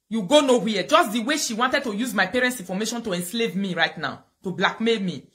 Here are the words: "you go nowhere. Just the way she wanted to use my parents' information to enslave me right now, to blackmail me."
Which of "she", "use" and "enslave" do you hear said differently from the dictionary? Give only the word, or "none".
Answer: none